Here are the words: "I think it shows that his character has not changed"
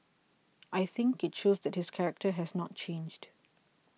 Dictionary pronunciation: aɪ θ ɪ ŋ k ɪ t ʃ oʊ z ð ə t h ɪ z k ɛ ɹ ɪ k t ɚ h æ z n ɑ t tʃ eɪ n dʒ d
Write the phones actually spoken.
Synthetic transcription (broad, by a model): aɪ θ ɪ ŋ k ɪ t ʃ oʊ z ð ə t h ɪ s k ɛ ɹ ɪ k t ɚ h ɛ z n ɑ t tʃ eɪ n dʒ d